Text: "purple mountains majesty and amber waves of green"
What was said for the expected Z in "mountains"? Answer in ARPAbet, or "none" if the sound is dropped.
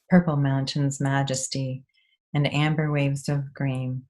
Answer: Z